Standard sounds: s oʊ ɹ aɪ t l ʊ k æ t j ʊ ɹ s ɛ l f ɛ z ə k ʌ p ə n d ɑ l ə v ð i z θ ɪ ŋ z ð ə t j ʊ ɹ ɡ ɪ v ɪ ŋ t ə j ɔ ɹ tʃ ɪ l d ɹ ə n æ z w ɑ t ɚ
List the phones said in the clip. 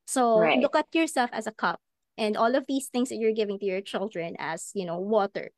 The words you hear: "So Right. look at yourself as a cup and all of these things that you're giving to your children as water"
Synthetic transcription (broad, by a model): s oʊ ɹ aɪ l ʊ k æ t j ʊ ɹ s ɛ l f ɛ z ə k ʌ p ə n d ɑ l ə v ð i s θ ɪ ŋ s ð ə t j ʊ ɹ ɡ ɪ v ɪ ŋ t ə j ɔ ɹ tʃ ɪ l d ɹ ə n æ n w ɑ t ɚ